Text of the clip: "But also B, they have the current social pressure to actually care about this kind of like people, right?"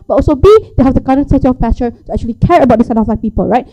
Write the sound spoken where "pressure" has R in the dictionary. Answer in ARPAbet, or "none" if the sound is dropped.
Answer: none